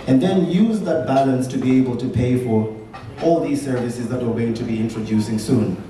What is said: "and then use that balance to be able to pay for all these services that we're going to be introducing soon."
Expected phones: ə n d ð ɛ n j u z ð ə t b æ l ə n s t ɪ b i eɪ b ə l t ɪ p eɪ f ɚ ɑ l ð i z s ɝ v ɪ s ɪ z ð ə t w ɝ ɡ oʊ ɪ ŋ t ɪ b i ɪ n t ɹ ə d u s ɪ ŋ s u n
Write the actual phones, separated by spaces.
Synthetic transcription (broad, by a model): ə n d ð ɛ n j u z ð ə t b æ l ə n s t ɪ b i eɪ b ə l t ɪ p eɪ f ɚ ɑ l ð i z s ɝ v ɪ s ɪ z ð ə t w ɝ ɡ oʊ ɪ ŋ t ɪ b i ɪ n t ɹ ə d u s ɪ ŋ s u n